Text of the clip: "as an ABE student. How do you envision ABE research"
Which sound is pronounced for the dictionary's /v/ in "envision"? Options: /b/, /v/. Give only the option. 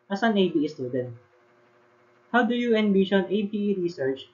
/b/